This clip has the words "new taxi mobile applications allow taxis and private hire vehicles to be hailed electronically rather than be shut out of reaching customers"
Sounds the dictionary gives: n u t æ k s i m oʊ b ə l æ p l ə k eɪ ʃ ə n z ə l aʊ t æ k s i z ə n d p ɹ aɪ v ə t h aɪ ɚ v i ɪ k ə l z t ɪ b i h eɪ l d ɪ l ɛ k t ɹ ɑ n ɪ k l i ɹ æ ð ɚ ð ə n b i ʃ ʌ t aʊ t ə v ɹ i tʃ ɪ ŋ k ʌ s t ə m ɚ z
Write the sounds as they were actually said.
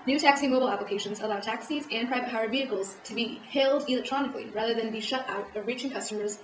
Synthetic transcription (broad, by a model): n u t æ k s i m oʊ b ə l æ p l ə k eɪ ʃ ə n z ə l aʊ t æ k s i z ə n p ɹ aɪ v ə t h aɪ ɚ v i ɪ k l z t ɪ b i h eɪ l d ɪ l ɛ k t ɹ ɑ n ɪ k l i ɹ æ ð ɚ ð ə n b i ʃ ʌ t aʊ t ə v ɹ i tʃ ɪ ŋ k ʌ s t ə m ɚ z